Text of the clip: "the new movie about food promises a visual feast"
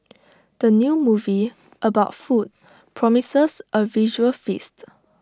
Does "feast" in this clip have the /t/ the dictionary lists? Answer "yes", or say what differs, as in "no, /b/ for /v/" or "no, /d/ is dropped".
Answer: yes